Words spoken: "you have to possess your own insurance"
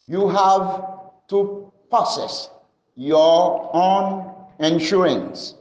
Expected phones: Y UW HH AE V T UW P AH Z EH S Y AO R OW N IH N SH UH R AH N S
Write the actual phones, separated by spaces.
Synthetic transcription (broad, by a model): Y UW HH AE V T UW P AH S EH S Y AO OW N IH N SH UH R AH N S